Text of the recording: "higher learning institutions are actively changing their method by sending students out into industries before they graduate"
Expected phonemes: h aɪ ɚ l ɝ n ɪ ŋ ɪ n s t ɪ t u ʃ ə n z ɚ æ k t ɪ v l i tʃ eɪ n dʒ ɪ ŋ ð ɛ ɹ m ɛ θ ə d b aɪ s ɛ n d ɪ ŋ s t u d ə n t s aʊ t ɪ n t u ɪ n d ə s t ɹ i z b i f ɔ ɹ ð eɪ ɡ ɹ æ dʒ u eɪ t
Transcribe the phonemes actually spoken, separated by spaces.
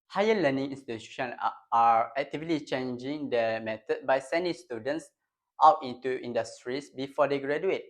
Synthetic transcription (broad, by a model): h aɪ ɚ l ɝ n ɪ ŋ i n s t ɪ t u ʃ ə n ɑ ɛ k t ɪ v l i tʃ eɪ n dʒ ɪ ŋ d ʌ m ɛ t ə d b aɪ s ɛ n d ɪ ŋ s t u d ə n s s aʊ t ɪ n t u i n d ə s t ɹ i s b i f ɔ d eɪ ɡ ɹ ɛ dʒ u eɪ t